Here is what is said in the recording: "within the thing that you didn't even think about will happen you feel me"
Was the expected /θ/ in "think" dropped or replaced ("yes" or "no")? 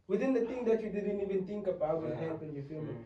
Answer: yes